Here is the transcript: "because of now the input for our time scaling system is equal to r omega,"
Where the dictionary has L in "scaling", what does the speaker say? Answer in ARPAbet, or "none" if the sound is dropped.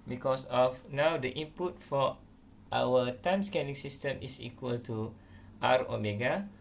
N